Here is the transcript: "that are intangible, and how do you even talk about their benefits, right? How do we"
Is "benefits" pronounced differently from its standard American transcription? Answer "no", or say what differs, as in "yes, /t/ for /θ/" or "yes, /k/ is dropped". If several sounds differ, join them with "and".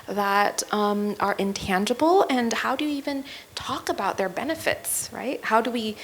no